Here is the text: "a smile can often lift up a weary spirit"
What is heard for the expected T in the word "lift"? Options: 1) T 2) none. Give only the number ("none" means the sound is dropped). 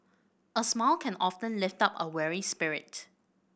1